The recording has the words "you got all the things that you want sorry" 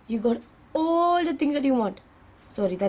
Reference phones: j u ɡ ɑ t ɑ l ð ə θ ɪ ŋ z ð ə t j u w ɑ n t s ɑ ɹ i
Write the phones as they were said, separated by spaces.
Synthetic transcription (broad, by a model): j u ɡ ɑ t ɑ l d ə t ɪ ŋ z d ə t j u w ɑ n t s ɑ ɹ i